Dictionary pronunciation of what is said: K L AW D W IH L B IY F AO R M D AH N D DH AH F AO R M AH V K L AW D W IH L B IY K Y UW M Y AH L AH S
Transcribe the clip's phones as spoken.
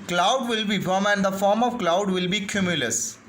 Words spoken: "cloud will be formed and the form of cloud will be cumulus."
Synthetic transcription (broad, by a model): K L AW D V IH L B IY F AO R M AH N D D AH F AO R M AH V K L AW D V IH L B IY K Y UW M Y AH L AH S